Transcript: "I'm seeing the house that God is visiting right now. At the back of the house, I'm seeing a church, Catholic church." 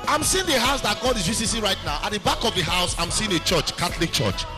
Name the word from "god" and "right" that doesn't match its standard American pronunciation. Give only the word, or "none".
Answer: none